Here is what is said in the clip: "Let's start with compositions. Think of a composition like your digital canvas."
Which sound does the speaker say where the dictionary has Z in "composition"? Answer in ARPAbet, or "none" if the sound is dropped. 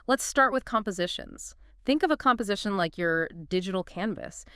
Z